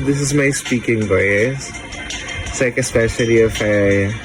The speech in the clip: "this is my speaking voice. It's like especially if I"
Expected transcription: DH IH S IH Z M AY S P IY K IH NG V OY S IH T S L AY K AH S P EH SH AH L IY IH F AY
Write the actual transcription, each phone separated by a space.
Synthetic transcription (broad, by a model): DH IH S IH Z M AY S P IY K IH NG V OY IH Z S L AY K AH S P EH SH AH L IY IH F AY